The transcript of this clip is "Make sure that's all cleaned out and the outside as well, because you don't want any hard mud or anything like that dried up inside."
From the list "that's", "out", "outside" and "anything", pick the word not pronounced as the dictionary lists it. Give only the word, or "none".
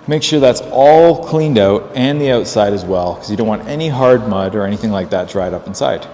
none